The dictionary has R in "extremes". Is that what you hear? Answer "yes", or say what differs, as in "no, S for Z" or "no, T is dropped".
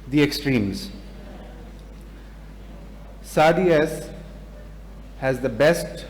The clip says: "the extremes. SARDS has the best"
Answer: yes